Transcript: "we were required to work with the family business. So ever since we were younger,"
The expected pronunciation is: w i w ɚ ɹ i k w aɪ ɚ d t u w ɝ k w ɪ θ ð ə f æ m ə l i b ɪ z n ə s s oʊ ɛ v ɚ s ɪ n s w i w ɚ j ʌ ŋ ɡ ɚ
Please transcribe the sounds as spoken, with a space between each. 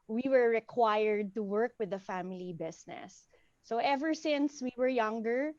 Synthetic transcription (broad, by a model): w i w ɚ ɹ i k w aɪ ɚ d t u w ɝ k w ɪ ð ə f æ m ə l i b ɪ s n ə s s oʊ ɛ v ɚ s ɪ n s w i w ɚ j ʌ ŋ ɡ ɚ